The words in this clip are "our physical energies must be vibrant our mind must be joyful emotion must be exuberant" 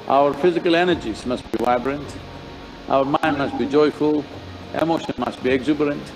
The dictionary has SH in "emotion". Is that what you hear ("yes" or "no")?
yes